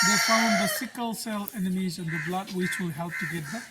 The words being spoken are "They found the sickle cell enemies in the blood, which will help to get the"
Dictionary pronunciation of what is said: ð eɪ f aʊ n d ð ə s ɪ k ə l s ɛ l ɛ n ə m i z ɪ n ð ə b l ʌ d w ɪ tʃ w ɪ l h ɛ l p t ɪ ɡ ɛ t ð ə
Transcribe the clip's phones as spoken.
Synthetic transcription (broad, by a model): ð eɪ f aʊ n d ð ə s ɪ k ə l s ɛ l ɛ n ə m i z ɪ n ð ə b l ʌ d w ɪ tʃ w ɪ l h ɛ l p t ɪ ɡ ɛ t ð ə